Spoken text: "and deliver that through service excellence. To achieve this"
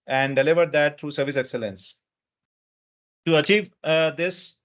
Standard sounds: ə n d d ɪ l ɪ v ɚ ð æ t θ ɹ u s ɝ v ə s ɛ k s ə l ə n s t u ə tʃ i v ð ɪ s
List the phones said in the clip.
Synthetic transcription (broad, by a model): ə n d d ɪ l ɪ v ɚ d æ t t ɹ u s ɝ v ə s ɛ k s ə l ə n s t u ə tʃ i v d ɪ s